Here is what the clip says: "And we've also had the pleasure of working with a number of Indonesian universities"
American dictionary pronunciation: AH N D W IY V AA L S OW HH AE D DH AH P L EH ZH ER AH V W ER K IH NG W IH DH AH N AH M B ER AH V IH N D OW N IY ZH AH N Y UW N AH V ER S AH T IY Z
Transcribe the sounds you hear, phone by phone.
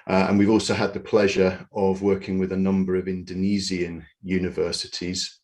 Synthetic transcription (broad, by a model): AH N W IY V AA L S OW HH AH D DH AH P L EH ZH ER AH V W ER K IH NG W IH DH AH N AH M B ER AH V IH N D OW N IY Z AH N Y UW N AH V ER S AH T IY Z